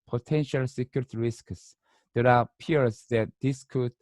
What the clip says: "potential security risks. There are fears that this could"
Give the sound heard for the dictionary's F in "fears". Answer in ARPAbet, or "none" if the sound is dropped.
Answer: P